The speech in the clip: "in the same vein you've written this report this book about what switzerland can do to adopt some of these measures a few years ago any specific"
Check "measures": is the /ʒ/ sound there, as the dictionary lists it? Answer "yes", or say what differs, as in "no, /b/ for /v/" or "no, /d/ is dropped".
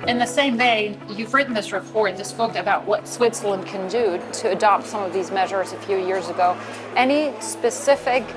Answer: yes